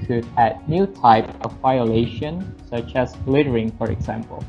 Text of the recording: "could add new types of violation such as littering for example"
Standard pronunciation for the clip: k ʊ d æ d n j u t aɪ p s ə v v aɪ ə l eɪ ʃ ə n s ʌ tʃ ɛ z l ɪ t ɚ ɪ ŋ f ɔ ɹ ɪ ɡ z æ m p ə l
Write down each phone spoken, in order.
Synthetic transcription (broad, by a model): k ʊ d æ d n j u t aɪ p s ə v v aɪ ə l eɪ ʃ ə n s ʌ tʃ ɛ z l ɪ t ɚ ɪ ŋ f ɔ ɹ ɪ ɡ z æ m p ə l